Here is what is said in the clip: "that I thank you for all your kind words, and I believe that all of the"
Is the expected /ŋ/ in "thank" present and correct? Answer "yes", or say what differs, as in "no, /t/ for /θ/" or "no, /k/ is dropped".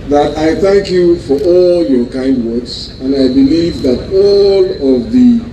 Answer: yes